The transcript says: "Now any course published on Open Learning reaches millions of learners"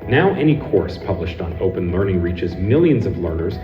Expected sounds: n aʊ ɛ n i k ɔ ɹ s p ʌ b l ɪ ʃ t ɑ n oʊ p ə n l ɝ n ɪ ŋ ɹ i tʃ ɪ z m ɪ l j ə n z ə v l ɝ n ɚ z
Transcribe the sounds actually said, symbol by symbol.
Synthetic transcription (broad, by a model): n aʊ ɛ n i k ɔ ɹ s p ʌ b l ɪ ʃ t n oʊ p ə n l ɝ n ɪ ŋ ɹ i tʃ ɪ z m ɪ l j ə n z ə v l ɝ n ɚ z